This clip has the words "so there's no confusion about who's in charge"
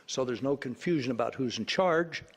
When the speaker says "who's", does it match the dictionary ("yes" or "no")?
yes